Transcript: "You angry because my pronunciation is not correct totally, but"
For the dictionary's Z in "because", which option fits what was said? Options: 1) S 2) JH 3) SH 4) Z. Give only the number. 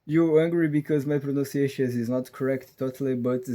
4